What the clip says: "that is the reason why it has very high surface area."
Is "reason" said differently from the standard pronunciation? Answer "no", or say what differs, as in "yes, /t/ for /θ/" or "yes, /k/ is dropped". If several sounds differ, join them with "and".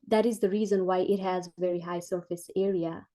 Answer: no